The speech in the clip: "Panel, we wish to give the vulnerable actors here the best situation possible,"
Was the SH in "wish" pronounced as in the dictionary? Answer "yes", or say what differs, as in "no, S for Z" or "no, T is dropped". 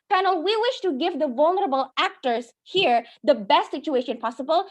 yes